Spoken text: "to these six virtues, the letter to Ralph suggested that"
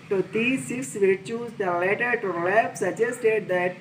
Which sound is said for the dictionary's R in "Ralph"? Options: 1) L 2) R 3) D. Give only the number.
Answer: 1